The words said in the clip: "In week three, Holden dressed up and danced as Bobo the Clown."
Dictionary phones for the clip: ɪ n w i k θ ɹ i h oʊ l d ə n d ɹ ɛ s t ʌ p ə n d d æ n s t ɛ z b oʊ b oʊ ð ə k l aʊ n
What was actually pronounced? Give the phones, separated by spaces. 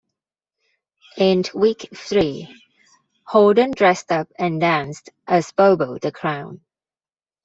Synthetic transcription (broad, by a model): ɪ n w i k θ ɹ i h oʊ d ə n d ɹ ɛ s t ʌ p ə n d d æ n s t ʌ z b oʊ b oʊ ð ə k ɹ aʊ n